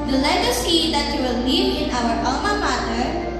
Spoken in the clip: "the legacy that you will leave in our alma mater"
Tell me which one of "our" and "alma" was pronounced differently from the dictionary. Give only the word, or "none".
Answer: alma